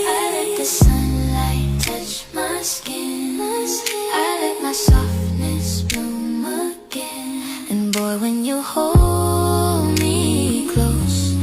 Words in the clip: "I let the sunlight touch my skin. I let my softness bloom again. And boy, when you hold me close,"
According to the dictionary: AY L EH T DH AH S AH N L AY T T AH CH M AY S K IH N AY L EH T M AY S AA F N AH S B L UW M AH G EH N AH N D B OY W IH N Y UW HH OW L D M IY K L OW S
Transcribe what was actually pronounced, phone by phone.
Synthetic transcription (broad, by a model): AY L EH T DH AH S AH N L AY T T AH CH M AY S K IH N AY L EH T M AY S AA F N AH S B UW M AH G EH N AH N B OY W IH N Y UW HH OW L D M IY K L OW S